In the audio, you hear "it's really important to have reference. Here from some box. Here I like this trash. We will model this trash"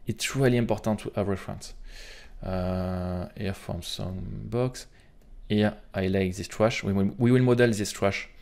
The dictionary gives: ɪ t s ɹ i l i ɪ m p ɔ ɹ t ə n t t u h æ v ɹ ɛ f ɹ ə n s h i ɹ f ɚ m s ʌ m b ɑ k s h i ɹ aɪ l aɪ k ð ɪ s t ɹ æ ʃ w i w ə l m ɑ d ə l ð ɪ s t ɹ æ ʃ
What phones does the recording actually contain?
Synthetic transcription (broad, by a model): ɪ t s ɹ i l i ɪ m p ɔ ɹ t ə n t t u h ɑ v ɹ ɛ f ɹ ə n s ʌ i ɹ f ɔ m s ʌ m b ɑ k s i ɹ aɪ l aɪ k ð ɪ s t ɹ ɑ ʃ w i w ə l m ɑ d ə l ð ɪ s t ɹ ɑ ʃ